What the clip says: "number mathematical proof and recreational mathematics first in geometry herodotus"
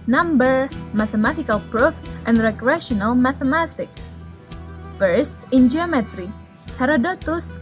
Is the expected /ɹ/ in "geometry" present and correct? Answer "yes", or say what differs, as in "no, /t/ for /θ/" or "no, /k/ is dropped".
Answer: yes